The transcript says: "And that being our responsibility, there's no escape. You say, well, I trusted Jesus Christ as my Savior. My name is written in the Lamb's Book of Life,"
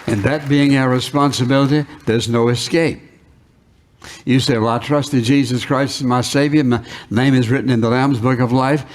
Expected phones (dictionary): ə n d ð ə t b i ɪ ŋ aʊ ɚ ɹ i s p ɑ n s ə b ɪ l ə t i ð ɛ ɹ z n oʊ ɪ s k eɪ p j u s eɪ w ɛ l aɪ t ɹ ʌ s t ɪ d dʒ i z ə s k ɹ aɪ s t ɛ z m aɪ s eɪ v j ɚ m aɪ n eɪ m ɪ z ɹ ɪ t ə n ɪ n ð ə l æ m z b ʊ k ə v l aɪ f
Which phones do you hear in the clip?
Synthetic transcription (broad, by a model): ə n ð ə t b i ɪ ŋ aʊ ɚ ɹ i s p ɑ n s ə b ɪ l ə t i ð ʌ ɹ z n oʊ ɪ s k eɪ p j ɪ s eɪ w ɛ l aɪ t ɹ ʌ s t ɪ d dʒ i z ə s k ɹ aɪ s t m aɪ s eɪ v j ɚ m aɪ n eɪ m ɪ z ɹ ɪ t n ɪ n ð ə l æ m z b ʊ k ə v l aɪ f